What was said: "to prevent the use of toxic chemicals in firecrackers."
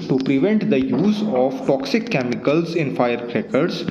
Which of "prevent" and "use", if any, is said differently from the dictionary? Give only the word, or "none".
none